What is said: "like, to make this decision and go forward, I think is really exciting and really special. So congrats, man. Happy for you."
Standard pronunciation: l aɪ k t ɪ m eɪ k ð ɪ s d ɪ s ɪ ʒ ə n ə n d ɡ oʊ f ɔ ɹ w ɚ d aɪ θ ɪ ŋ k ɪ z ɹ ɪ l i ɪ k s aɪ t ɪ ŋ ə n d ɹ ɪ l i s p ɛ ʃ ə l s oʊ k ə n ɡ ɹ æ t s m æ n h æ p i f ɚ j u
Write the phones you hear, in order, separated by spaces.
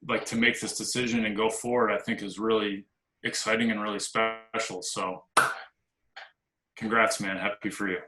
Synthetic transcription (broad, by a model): l aɪ k t ɪ m eɪ k ð ɪ s d ɪ s ɪ ʒ ə n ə n ɡ oʊ f ɔ ɹ w ɚ d aɪ θ ɪ ŋ k ɪ z ɹ ɪ l i ɪ k s aɪ t ɪ ŋ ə n ɹ ɪ l i s p ɛ ʃ l s oʊ k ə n ɡ ɹ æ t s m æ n h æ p i f ɚ j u